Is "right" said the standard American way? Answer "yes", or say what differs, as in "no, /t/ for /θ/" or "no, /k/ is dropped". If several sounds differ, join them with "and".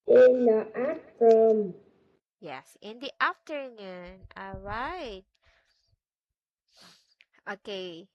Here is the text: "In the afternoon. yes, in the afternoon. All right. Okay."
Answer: yes